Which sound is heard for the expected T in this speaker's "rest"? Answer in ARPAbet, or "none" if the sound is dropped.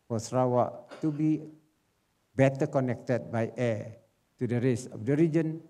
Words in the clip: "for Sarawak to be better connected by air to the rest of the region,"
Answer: none